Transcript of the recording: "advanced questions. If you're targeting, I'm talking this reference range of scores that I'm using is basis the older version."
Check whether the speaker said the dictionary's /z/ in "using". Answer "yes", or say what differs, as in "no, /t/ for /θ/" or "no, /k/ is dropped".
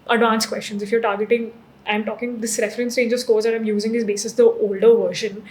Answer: yes